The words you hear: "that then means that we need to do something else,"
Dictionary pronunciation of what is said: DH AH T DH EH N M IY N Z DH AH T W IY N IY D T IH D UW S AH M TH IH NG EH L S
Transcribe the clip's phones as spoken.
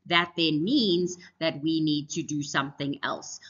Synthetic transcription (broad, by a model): DH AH T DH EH N M IY N Z DH AH T W IY N IY D T IH D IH S AH M TH IH NG EH L S